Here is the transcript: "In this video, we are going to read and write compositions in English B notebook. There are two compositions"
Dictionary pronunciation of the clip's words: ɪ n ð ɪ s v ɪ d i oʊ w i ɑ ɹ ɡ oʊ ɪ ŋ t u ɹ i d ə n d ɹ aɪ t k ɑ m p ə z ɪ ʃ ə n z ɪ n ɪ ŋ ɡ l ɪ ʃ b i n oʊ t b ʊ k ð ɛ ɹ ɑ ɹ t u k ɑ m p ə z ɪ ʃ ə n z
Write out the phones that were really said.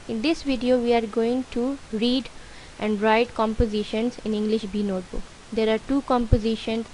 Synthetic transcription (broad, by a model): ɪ n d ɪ s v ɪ d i oʊ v i ɑ ɹ ɡ oʊ ɪ ŋ t u ɹ i d ə n d ɹ aɪ t k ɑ m p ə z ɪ ʃ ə n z ɪ n ɪ ŋ ɡ l ɪ ʃ b i n oʊ t b ʊ k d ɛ ɹ ɑ ɹ t u k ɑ m p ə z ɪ ʃ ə n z